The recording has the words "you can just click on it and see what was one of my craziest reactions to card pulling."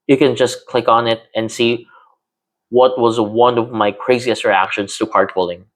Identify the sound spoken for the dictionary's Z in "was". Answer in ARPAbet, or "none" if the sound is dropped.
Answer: Z